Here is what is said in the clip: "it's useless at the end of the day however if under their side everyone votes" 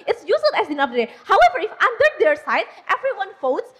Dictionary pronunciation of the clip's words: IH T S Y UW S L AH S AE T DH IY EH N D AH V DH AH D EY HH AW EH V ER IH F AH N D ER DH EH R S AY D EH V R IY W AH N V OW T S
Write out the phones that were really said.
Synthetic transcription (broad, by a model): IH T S Y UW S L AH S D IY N AH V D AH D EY HH AW EH V ER IH F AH N D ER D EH R S AY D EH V R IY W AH N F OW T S